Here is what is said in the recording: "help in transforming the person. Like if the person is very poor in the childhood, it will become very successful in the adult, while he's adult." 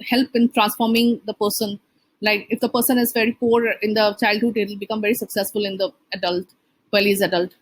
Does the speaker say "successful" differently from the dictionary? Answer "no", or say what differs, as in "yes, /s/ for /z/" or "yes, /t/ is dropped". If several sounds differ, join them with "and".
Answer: no